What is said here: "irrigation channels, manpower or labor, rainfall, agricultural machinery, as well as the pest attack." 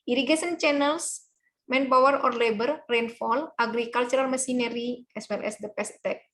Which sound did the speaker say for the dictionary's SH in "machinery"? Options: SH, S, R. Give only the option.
S